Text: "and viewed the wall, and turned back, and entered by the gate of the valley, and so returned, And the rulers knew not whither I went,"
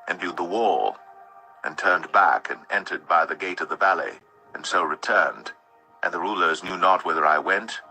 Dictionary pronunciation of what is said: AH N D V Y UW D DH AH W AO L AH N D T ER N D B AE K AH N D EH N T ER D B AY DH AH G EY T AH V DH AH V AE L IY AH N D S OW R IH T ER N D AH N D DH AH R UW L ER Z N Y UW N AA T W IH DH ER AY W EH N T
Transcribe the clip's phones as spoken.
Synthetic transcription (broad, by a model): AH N V Y UW D DH AH W AO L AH N T ER N B AE K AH N EH N T ER D B AY DH AH G EY T AH V DH AH V AE L IY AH N S OW R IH T ER N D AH N DH AH R UW L ER Z N Y UW N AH T W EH DH ER AY W EH N T